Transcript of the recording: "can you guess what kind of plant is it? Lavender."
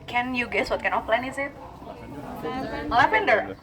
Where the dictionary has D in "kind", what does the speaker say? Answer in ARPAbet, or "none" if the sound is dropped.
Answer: none